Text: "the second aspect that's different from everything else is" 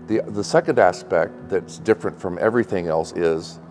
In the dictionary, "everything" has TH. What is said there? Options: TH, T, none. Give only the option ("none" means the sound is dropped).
TH